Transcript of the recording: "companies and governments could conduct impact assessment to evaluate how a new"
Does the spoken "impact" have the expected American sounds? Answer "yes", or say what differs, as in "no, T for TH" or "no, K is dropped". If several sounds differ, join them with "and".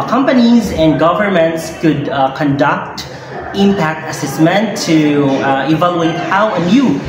yes